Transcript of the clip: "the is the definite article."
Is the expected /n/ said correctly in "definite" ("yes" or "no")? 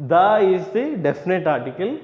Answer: yes